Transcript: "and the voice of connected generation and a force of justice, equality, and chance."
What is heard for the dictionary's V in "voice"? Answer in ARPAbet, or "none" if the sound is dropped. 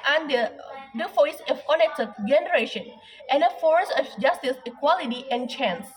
F